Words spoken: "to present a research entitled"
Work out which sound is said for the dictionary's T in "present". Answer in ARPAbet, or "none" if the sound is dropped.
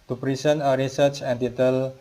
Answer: none